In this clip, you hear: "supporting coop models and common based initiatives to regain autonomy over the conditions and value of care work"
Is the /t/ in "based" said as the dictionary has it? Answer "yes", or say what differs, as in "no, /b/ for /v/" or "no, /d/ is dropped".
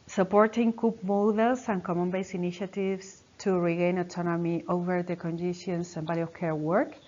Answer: no, /t/ is dropped